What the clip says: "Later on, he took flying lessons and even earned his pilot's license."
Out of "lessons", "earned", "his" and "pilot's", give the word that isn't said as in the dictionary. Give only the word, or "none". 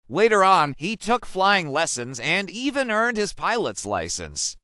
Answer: none